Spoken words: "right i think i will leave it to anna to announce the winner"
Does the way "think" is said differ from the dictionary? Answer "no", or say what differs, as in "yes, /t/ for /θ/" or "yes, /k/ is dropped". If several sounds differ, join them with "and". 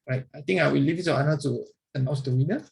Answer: yes, /t/ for /θ/ and /k/ is dropped